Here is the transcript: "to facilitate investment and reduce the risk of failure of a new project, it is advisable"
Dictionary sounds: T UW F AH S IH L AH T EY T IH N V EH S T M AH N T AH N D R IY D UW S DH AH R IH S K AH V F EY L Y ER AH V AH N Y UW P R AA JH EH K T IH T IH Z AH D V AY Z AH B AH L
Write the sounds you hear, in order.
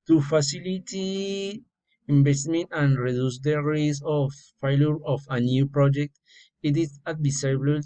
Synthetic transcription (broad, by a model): T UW F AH S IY L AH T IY IH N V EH S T M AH N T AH N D R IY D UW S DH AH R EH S AH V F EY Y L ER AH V AH N Y UW P R AA JH EH K T IH T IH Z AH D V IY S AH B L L